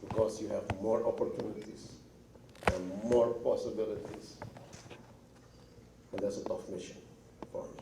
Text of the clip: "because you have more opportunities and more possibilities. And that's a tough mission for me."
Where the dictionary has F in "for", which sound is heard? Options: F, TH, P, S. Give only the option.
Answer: P